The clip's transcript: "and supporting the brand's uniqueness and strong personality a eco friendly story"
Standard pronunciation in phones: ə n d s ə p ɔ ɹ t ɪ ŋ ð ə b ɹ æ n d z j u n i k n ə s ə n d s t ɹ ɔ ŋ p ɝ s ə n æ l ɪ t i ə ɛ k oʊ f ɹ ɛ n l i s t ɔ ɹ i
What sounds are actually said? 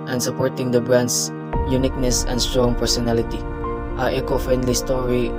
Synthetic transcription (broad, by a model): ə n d s ə p ɔ ɹ t ɪ ŋ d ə b ɹ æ n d s j u n i k n ə s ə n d s t ɹ ɔ ŋ p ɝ s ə n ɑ l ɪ t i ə ɛ k oʊ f ɛ n l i s t ɔ ɹ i